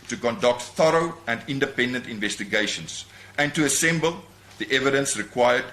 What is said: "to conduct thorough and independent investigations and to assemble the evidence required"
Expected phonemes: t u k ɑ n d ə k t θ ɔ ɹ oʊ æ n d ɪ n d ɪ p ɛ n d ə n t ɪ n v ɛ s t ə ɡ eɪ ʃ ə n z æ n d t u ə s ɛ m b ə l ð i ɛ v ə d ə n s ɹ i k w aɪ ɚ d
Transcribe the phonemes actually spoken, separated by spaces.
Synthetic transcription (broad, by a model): t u k ɑ n d ə k t θ ɔ ɹ oʊ æ n d ɪ n d ɪ p ɛ n d ə n t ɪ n v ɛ s t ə ɡ eɪ ʃ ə n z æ n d t u ə s ɛ m b ə l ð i ɛ v ə d ə n s ɹ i k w aɪ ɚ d